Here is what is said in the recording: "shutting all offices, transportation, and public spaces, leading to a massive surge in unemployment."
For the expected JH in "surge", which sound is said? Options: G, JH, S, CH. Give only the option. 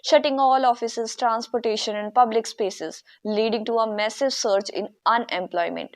CH